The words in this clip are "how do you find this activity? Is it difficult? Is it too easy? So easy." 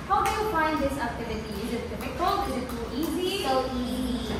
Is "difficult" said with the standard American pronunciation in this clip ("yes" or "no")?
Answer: no